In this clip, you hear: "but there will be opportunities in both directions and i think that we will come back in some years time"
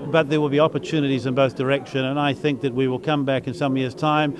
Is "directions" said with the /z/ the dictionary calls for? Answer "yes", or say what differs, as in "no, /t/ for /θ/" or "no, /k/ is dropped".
no, /z/ is dropped